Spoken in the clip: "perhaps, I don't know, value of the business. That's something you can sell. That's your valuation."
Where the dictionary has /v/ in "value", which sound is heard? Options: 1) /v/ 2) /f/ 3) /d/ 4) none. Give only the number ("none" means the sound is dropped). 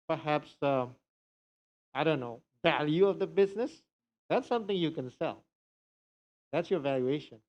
1